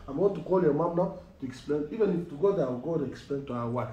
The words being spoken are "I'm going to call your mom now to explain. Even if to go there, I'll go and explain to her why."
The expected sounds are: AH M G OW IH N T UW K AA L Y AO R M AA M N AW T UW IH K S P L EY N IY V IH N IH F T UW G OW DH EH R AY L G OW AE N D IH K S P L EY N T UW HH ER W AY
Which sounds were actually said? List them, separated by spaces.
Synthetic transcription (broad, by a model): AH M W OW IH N T UW K AA L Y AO M AA M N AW T UW IH K S P L EY N IY V IH N IH F T UW G OW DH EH W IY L G OW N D IH K S P L EY N T UW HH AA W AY